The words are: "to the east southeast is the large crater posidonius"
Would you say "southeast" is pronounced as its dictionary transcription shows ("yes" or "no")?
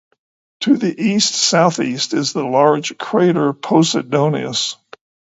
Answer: yes